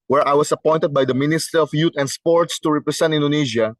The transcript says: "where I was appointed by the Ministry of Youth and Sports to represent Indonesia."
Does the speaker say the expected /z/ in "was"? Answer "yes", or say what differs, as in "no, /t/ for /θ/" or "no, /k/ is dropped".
no, /s/ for /z/